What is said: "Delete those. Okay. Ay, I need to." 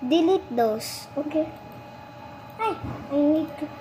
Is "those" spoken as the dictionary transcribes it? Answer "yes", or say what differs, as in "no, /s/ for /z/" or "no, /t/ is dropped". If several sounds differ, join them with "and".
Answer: no, /s/ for /z/